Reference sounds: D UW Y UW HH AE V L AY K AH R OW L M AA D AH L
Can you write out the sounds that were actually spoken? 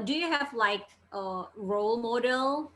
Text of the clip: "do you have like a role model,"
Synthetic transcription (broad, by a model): D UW Y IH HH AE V L AY K AH R OW L M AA D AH L